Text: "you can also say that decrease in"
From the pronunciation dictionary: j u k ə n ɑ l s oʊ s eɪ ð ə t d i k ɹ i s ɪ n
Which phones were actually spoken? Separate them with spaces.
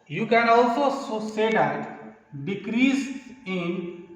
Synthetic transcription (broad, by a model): j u k ə n ɑ l s oʊ s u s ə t d i k ɹ i s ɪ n